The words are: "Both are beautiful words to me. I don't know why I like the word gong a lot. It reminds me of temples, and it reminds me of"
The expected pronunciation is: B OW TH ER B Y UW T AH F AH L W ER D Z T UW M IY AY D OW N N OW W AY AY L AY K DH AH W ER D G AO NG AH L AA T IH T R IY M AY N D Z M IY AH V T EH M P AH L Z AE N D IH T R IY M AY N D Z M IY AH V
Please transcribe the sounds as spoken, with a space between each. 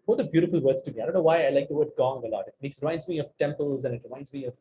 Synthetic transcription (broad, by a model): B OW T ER B Y UW T AH F AH L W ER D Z T UW M IY AY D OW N N OW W AY AY L AY K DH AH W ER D G AO NG AH L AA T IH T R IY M AY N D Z M IY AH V T EH M P AH L Z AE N IH T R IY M AY N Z M IY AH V